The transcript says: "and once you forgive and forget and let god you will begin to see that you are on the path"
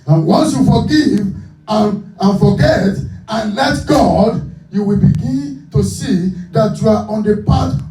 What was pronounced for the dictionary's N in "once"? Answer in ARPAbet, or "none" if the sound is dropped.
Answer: N